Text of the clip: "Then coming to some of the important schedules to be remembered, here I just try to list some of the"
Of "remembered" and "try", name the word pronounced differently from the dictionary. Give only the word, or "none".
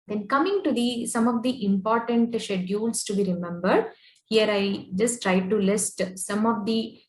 none